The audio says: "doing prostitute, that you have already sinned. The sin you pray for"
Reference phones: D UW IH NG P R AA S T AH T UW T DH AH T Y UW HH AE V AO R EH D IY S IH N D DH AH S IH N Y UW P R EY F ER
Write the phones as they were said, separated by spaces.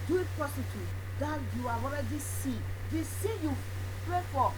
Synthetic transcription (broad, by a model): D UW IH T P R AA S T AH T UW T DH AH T Y UW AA AO R EH D IY S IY D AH S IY Y UW P R EY F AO